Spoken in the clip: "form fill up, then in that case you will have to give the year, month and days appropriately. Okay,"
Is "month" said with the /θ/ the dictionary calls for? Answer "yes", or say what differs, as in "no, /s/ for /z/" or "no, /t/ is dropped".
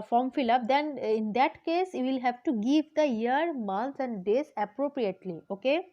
no, /s/ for /θ/